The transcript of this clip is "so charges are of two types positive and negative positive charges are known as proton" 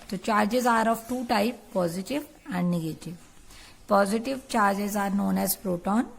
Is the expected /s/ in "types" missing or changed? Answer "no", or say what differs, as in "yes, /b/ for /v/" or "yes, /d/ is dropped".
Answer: yes, /s/ is dropped